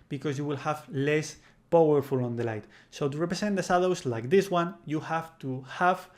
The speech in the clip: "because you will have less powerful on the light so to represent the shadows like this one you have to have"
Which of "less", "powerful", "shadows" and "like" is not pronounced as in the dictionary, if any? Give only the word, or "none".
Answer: shadows